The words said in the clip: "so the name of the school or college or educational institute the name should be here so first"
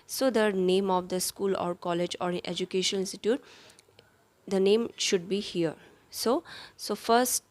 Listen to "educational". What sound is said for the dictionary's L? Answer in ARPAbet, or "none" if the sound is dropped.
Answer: N